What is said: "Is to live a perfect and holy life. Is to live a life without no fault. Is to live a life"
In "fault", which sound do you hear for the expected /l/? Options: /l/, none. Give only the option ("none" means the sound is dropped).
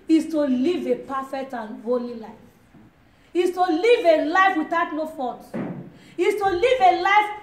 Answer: none